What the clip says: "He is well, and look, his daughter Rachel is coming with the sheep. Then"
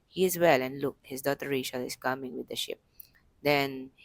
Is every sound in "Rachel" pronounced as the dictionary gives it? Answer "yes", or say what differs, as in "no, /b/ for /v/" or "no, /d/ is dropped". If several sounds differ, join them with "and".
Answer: no, /ʃ/ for /tʃ/